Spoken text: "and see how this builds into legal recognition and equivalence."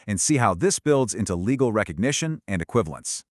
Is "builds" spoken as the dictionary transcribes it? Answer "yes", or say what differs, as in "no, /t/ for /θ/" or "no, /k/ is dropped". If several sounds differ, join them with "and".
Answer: yes